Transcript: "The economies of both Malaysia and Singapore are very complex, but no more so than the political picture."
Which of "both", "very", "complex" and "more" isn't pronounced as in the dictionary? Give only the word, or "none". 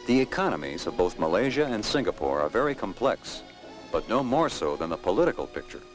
none